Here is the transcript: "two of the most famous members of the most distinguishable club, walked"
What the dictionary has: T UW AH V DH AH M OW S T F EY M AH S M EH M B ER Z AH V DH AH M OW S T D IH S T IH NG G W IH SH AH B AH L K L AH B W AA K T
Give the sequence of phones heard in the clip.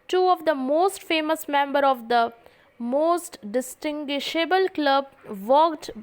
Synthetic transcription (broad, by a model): T UW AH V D AH M OW S T F EY M AH S M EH M B ER AH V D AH M OW S T D IH S T IH NG G W IH SH AH B AH L K L AH B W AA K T